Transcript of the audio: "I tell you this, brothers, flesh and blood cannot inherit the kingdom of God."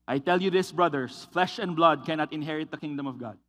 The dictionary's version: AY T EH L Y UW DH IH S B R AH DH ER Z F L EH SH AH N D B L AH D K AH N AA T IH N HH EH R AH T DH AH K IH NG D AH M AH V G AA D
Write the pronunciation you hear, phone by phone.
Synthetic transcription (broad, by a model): AY T EH L Y UW DH IH S B R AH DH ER S F L EH SH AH N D B L AH D K AH N AA T IH N HH EH R AH T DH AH K IH NG D AH M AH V G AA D